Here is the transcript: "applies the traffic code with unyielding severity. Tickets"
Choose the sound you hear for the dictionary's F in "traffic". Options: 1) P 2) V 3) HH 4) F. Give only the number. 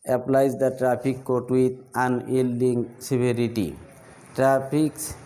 1